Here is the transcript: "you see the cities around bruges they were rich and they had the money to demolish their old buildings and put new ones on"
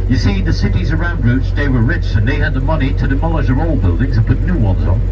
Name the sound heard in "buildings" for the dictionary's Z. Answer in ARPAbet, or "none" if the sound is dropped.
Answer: Z